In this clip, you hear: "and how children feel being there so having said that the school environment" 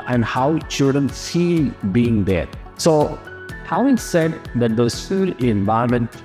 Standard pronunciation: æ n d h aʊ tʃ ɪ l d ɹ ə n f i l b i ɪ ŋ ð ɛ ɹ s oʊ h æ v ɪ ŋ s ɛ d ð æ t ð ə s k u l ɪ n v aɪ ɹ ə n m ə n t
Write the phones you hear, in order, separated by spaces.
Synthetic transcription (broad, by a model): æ n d h aʊ tʃ ɪ l d ɹ ə n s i b i ɪ ŋ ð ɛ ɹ s oʊ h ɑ ɪ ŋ s ɛ d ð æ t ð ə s u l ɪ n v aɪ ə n m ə n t